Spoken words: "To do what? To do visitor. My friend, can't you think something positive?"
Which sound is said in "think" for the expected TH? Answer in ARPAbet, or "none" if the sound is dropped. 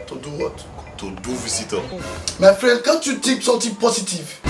T